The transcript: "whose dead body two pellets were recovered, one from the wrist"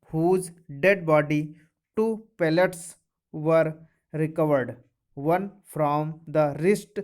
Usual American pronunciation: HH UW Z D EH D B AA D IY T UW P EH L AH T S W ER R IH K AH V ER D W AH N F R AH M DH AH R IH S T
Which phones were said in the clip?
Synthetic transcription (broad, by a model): HH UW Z D EH D B AA D IY T UW P EH L AH T S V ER R IH K AH V ER D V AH N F R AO M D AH R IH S T